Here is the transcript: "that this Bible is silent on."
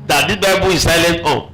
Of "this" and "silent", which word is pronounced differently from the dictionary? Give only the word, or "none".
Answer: this